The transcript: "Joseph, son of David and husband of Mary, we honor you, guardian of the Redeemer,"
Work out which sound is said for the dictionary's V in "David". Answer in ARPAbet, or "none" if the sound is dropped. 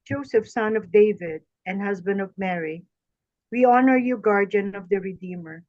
V